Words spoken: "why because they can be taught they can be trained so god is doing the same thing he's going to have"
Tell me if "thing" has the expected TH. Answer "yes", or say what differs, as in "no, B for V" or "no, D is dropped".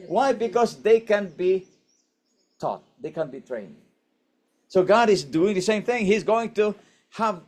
yes